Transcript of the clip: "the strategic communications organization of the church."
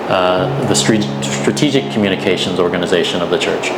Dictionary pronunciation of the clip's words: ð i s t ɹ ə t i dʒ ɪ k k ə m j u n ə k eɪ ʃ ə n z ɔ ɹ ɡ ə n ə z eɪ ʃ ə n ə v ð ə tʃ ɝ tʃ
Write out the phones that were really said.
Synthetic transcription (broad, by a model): ð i s t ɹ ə t i dʒ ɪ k k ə m j u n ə k eɪ ʃ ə n z ɔ ɹ ɡ ə n ə z eɪ ʃ ə n ə v ð ə tʃ ɝ tʃ